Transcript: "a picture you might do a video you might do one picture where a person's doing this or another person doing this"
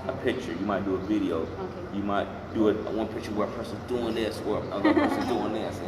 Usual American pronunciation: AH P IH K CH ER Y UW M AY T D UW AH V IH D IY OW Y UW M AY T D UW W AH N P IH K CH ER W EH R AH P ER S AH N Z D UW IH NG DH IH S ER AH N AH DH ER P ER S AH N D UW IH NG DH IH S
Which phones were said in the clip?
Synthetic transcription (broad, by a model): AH P IH K CH ER Y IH M AY T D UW AH V IH D IY OW Y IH M AY T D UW W AH N P IH K CH ER W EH R AH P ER S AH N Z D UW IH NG DH IH S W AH ER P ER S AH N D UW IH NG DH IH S